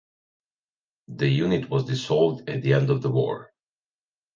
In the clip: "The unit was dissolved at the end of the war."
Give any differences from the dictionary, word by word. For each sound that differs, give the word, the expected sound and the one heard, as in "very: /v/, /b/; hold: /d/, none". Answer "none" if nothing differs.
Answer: dissolved: /z/, /s/